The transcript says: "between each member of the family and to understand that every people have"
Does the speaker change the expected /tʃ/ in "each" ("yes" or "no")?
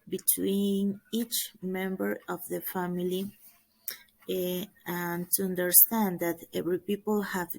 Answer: no